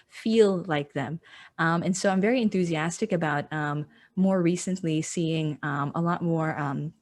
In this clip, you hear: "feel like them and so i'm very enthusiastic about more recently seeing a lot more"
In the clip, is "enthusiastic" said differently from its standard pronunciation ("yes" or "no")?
no